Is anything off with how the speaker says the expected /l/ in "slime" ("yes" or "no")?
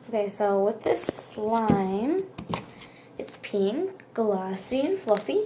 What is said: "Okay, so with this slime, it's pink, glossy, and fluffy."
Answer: no